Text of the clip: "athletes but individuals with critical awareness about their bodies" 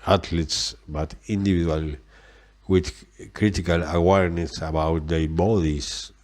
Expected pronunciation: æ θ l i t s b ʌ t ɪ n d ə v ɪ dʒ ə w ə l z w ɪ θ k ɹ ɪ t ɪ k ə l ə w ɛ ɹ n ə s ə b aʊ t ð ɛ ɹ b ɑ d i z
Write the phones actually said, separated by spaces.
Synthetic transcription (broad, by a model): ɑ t l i t s b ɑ t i n d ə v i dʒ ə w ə l w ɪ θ k ɹ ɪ t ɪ k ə l ə w ɛ ɹ n ə s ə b aʊ t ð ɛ b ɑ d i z